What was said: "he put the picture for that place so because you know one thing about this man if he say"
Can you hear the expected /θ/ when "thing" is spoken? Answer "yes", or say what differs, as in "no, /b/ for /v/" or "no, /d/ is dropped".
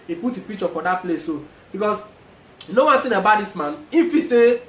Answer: no, /t/ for /θ/